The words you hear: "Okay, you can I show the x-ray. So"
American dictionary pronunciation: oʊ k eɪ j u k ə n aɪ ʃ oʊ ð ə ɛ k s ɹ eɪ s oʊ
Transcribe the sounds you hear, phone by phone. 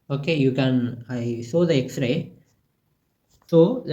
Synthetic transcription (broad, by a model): oʊ k eɪ j u k ə n aɪ s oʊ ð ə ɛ k s ɹ eɪ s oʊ